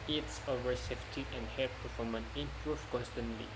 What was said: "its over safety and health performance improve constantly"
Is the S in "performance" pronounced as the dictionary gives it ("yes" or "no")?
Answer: no